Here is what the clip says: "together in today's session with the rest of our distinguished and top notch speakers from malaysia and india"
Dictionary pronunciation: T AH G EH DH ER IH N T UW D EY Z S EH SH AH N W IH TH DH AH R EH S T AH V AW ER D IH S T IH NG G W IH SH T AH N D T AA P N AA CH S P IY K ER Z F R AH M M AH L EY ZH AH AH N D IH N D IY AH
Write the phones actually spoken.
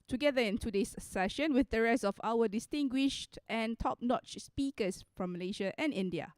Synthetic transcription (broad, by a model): T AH G EH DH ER IH N T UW D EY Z S EH SH AH N W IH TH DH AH R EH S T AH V AW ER D IH S T IH NG G W IH SH T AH N T AA P N AA CH S P IY K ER S F R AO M M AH L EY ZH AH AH N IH N D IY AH